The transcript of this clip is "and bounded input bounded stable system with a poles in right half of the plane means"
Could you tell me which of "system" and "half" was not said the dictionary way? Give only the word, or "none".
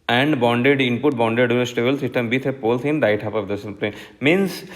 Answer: half